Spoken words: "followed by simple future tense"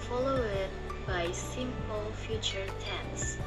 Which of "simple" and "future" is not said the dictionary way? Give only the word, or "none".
none